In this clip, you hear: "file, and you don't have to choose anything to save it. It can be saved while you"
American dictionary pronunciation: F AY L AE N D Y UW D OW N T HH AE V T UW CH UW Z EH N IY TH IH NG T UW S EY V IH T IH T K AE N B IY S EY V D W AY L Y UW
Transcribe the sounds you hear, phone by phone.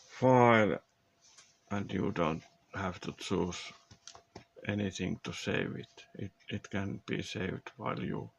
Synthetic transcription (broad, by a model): F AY L AE N D Y UW D OW N T HH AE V T UW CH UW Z EH N IY TH IH NG T UW S EY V IH T IH T K AE N B IY S EY V D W AY L Y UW